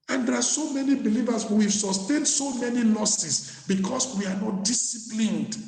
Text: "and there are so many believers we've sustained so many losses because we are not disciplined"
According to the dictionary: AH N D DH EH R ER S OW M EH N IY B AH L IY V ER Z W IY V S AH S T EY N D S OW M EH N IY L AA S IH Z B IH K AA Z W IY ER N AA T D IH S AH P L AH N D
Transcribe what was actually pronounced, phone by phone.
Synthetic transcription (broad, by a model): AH N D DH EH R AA S OW M EH N IY B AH L IY V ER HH W IY V S AH S T EY N D S OW M EH N IY L AA S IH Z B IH K AA S W IY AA N AA T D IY S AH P L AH N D